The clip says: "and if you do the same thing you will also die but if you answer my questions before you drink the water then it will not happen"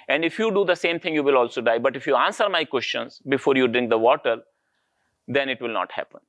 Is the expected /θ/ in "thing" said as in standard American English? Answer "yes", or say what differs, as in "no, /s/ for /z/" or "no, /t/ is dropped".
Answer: no, /t/ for /θ/